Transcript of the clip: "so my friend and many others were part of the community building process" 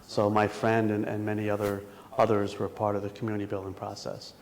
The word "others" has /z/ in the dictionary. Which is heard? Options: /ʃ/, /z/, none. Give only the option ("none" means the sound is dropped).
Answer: /z/